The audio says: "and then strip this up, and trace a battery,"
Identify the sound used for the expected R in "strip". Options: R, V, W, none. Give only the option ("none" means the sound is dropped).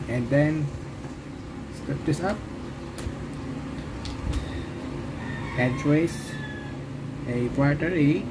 none